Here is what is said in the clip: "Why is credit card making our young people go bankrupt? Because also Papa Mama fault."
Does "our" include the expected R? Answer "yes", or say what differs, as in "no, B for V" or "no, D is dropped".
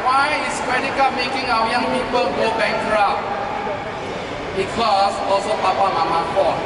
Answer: no, W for R